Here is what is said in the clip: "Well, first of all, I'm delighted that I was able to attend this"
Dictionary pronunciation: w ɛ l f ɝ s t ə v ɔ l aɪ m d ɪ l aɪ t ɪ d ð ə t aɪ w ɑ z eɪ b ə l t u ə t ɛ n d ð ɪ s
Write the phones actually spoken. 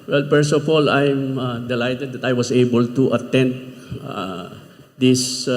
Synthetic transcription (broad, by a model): w ɛ l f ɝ s ə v ɔ l aɪ m d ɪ l aɪ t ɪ d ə t aɪ w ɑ s eɪ b ə l t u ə t ɛ n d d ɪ s